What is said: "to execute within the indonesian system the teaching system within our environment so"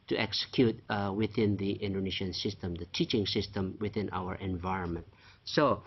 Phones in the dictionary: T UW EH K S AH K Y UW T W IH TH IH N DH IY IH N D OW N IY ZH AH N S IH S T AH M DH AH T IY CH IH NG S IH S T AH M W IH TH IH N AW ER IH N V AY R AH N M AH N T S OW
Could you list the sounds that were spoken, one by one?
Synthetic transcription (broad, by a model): T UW EH K S AH K Y UW T W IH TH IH N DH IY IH N D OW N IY SH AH N S IH S T AH M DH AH T IY CH IH NG S IH S T AH M W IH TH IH N AW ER IH N V AY R AH N M AH N T S OW